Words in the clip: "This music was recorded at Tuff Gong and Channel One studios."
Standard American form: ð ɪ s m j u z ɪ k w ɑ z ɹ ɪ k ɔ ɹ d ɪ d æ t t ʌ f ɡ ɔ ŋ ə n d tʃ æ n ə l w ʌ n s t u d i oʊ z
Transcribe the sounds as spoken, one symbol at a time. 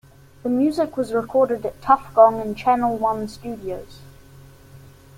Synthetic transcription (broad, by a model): ð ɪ m j u z ɪ k w ɑ z ɹ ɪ k ɔ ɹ d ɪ d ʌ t t ʌ f ɡ ɔ ŋ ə n tʃ æ n ə l w ʌ n s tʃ u d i oʊ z